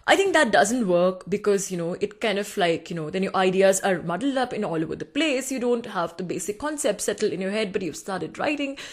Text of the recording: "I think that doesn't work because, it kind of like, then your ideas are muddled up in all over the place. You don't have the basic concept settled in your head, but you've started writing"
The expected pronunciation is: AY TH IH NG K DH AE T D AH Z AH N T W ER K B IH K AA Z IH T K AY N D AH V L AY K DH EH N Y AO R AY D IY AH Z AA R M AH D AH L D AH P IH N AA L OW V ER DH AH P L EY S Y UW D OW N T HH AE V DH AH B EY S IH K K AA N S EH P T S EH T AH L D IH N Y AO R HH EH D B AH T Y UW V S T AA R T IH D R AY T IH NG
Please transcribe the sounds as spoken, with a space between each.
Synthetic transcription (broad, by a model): AY T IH NG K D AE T D AH Z AH N T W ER K B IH K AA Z IH T K AY N D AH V L AY K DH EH N Y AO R AY D IY AH Z AA R M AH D L D AH P IH N AA L OW V ER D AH P L EY S Y UW D OW N T HH AE V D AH B EY S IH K K AA N S EH P T S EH T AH L IH N Y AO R HH EH D B AH T Y UW V S T AA R T IH D R AY T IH NG